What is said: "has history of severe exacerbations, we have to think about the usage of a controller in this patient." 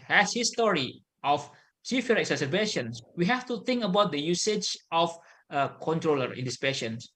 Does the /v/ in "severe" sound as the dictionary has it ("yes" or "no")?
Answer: no